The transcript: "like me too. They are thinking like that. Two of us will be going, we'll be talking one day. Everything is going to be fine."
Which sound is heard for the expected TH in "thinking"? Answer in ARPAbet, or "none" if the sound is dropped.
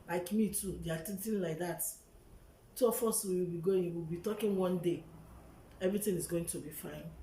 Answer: T